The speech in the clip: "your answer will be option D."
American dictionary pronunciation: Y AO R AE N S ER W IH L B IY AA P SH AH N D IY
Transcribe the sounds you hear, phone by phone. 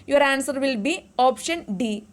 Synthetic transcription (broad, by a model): Y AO R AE N S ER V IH L B IY AA P SH AH N D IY